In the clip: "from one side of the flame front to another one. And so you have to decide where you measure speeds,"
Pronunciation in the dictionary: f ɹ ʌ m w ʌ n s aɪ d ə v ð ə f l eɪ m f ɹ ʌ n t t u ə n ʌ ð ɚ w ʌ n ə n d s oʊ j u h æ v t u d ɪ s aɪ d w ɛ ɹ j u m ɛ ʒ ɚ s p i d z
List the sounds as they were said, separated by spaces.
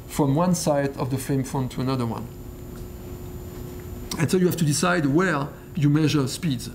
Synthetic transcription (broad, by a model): f ɹ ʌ m w ʌ n s aɪ d ə v ð ə f eɪ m f ɹ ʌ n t t u ə n ʌ ð ɚ w ʌ n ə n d s oʊ j u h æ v t u d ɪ s aɪ d w ɛ ɹ j u m ɛ ʒ ɚ s p i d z